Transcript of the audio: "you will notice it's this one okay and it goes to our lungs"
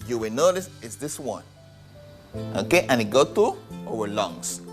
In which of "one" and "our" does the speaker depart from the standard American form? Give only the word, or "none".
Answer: our